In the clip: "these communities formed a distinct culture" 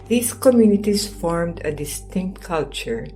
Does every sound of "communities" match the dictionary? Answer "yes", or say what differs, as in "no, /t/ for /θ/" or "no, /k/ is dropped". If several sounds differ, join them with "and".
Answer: no, /s/ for /z/